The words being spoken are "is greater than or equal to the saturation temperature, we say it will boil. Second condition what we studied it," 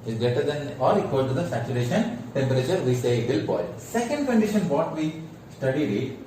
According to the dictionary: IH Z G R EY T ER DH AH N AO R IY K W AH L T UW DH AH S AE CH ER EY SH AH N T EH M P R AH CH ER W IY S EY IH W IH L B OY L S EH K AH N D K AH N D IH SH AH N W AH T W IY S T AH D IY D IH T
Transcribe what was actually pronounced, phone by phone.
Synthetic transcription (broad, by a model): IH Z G EY T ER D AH N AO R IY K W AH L T UW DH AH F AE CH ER EY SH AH N T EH M P R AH CH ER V IY S EY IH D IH L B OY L S EH K AH N D K AH N D IH SH AH N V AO T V IY S T AH D IY D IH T